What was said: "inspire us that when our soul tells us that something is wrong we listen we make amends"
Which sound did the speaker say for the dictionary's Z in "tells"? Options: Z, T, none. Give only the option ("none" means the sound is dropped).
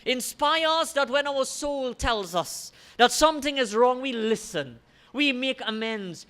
Z